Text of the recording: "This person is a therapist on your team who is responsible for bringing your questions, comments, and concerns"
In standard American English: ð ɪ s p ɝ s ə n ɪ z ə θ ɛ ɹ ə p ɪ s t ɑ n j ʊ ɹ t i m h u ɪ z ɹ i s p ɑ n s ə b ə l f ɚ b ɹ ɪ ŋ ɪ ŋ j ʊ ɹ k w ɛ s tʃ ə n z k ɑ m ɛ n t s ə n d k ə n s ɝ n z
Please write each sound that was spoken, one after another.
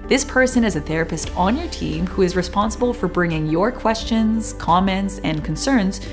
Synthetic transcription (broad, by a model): ð ɪ s p ɝ s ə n ɪ z ə θ ɛ ɹ ə p ɪ s t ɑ n j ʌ ɹ t i m h u ɪ z ɹ i s p ɑ n s ə b ə l f ɚ b ɹ ɪ ŋ ɪ ŋ j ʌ ɹ k w ɛ s tʃ ə n z k ɑ m ɛ n t s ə n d k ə n s ɝ n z